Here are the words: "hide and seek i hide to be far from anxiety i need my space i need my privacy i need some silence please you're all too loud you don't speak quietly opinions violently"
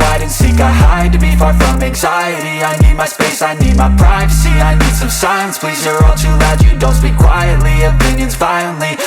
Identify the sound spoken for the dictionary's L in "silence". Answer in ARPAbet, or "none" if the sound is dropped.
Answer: none